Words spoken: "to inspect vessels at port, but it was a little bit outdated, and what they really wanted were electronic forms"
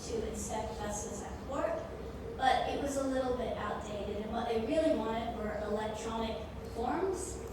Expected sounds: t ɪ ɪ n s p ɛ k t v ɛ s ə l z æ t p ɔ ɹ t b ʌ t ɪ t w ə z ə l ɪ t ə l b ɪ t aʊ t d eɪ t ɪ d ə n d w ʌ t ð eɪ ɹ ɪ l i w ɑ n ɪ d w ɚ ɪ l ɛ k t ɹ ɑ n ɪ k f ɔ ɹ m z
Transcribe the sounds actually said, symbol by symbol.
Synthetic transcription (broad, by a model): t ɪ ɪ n s ɛ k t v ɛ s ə z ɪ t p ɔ ɹ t b ʌ t ɪ t w ə z ə l ɪ t l b ɪ t aʊ t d eɪ t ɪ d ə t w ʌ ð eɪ ɹ ɪ l i w ɑ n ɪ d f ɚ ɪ l ɛ k t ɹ ɑ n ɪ k f ɔ ɹ m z